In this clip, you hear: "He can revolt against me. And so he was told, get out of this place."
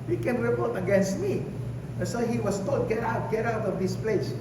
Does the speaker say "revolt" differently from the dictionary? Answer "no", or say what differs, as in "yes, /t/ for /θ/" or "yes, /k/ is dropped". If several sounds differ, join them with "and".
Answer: yes, /l/ is dropped